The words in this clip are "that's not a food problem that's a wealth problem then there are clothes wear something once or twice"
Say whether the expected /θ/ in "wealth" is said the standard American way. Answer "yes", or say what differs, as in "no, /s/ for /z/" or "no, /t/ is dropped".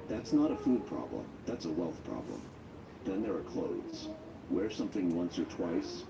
yes